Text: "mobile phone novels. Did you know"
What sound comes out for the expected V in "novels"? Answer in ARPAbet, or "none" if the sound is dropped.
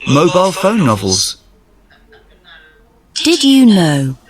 V